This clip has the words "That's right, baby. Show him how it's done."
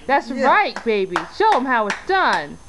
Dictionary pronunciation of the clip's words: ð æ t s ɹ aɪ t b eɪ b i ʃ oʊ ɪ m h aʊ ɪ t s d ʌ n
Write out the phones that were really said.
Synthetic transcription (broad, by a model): ð æ t s ɹ aɪ t b eɪ b i ʃ oʊ ɪ m h aʊ ɪ t s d ʌ n